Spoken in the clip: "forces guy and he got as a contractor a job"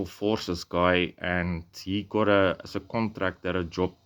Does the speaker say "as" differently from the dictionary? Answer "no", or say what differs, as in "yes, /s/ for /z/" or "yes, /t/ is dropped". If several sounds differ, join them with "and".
yes, /s/ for /z/